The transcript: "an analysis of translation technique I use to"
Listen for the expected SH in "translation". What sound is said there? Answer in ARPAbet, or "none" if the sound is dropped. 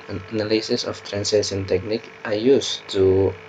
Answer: S